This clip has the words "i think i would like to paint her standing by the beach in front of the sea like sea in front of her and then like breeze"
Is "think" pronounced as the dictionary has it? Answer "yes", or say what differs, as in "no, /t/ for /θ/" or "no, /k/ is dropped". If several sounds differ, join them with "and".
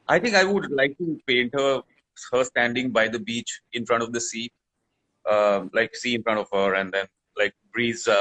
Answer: no, /t/ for /θ/